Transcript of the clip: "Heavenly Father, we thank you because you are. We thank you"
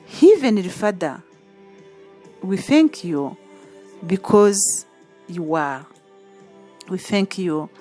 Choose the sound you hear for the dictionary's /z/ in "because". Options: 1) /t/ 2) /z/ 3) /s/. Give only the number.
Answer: 2